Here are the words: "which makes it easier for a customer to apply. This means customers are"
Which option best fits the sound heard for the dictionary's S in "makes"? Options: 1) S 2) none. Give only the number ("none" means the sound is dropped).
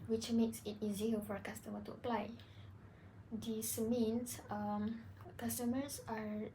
1